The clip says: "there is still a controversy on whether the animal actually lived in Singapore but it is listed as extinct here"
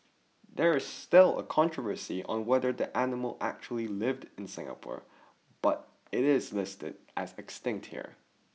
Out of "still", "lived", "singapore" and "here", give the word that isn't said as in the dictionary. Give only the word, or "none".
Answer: none